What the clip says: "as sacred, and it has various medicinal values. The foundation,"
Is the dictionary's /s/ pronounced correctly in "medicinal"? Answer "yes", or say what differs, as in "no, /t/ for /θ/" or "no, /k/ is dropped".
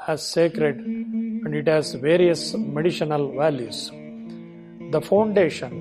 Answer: no, /ʃ/ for /s/